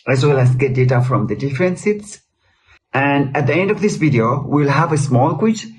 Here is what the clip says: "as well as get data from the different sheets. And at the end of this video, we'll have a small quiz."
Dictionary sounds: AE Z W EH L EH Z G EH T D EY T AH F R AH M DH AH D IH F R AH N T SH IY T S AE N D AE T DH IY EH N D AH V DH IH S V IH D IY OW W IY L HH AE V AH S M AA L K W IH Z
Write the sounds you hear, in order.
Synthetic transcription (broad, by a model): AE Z W EH L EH S G EH T D EY T AH F R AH M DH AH D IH F R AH N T S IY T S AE N D AE T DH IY EH N D AH V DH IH S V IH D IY OW W IY L HH AE V AH S M AA L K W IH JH